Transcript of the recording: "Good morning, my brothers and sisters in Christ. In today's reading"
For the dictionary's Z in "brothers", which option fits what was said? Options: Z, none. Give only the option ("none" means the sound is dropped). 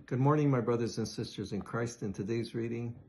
Z